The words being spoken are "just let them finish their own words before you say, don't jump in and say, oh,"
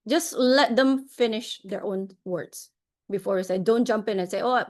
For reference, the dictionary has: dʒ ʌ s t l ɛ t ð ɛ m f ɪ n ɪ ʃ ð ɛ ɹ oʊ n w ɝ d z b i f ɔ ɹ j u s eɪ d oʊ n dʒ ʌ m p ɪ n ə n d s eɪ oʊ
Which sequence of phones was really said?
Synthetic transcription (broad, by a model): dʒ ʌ s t l ɛ t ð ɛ m f ɪ n ɪ ʃ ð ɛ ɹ oʊ n w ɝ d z b i f ɔ ɹ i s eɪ d oʊ n dʒ ʌ m p ɪ n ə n s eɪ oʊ